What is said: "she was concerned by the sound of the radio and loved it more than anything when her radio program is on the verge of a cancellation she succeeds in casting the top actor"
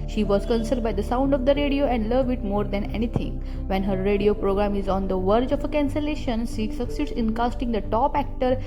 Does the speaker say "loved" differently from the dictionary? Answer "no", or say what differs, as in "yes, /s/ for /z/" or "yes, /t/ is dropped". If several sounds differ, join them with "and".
yes, /d/ is dropped